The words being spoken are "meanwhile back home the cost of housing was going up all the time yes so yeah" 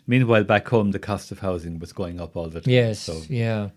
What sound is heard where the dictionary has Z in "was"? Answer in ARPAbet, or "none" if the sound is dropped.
Z